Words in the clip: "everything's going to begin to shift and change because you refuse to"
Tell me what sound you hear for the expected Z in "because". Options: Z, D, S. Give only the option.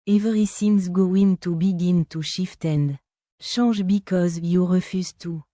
Z